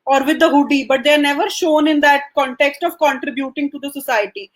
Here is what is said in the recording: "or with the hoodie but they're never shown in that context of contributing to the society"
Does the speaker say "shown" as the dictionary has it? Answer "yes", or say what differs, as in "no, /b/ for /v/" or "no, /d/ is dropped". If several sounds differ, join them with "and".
yes